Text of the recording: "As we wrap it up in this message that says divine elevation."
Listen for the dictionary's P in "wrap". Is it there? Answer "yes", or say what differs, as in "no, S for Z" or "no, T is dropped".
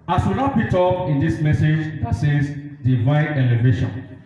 no, B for P